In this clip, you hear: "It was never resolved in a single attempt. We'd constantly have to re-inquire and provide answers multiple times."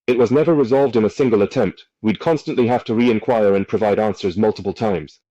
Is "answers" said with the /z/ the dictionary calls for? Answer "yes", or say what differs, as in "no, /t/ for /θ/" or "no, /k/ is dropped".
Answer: yes